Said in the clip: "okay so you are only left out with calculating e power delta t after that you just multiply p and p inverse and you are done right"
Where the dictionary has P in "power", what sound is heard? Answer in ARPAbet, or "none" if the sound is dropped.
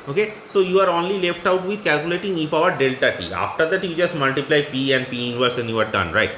F